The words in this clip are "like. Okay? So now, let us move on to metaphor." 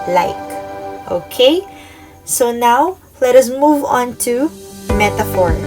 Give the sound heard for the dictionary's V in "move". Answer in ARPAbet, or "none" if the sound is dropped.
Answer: V